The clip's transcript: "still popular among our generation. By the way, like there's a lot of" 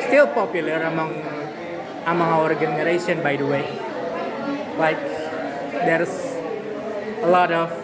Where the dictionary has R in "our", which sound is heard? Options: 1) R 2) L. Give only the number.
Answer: 1